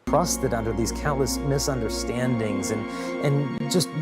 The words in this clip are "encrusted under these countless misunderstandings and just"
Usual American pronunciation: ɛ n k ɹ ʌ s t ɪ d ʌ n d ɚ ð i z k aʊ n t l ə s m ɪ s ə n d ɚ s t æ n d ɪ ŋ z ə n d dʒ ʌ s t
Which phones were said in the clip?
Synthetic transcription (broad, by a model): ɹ ʌ s t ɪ d ʌ n d ɚ ð i z k aʊ n t l ə s m ɪ s ə n d ɚ s t æ n d ɪ ŋ z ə n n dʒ ʌ s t